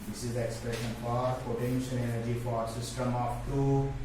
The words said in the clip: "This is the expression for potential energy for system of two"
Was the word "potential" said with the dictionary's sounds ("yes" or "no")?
no